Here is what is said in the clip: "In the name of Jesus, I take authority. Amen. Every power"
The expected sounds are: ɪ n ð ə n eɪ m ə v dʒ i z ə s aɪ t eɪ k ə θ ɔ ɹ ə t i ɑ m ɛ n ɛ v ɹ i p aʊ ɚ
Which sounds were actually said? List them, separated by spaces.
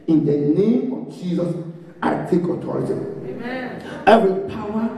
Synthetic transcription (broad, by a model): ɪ n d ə n eɪ m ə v dʒ i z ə s aɪ t eɪ k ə t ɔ ɹ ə t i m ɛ ɛ v ɹ i p aʊ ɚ